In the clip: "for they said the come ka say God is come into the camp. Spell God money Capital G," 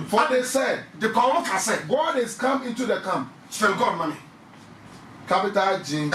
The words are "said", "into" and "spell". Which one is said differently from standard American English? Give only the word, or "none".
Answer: spell